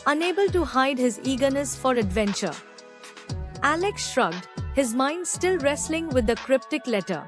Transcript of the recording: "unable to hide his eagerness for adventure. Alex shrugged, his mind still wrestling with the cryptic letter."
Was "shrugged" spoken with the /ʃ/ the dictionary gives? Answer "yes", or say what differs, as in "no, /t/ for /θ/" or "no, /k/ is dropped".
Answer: yes